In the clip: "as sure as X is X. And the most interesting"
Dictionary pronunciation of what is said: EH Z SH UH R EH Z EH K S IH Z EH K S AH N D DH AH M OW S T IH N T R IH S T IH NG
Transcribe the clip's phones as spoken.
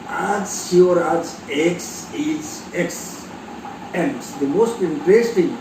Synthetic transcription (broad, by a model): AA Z S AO R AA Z EH K S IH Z EH K S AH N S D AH M OW S T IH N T R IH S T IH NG